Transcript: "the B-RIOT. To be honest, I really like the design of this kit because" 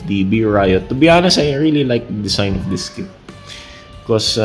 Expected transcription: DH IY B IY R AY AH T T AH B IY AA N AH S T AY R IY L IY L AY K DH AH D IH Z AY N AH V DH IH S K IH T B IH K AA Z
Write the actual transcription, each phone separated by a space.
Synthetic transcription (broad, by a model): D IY B IY R AY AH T T AH B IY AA N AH S AY R IY L IY L AY K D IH S AY N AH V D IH S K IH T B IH K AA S